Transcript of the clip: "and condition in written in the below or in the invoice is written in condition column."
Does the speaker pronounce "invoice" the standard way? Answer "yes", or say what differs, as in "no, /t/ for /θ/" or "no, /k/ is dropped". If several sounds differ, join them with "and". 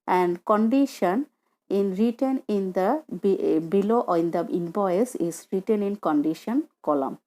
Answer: no, /b/ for /v/